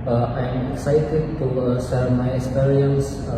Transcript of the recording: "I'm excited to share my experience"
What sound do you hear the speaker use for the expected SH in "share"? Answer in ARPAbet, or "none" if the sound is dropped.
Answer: S